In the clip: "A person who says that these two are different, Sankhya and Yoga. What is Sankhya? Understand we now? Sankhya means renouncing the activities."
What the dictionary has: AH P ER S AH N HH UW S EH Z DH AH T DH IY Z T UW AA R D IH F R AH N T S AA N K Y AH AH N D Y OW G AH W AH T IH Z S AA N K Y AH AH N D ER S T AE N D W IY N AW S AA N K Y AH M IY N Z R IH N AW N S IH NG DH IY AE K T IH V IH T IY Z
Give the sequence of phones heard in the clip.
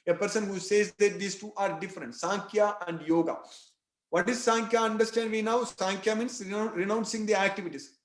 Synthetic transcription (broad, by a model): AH P ER S AH N HH UW S EH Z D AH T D IY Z T UW AA R D IH F R AH N T S AA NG K Y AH AH N D Y OW G AH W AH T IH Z S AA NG K Y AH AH N D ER S T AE N D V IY N AW S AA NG K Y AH M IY N S R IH N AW N S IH NG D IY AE K T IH V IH T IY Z